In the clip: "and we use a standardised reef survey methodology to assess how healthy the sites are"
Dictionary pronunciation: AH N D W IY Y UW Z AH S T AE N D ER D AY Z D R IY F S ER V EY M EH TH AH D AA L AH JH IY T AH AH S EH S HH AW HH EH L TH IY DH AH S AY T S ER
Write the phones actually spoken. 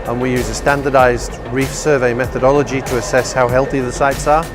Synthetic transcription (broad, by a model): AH N W IY Y UW Z AH S T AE N D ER D AY Z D R IY F S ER V EY M EH TH AH D AA L AH JH IY T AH AH S EH S HH AW HH EH L TH IY DH AH S AY T S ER